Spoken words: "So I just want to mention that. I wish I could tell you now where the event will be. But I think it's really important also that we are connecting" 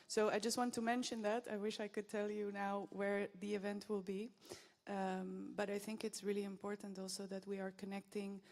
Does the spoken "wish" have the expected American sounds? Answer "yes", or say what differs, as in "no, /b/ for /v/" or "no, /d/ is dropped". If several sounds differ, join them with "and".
yes